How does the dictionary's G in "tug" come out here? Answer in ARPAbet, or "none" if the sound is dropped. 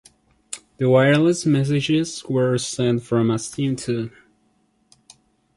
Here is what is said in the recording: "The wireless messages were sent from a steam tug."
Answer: none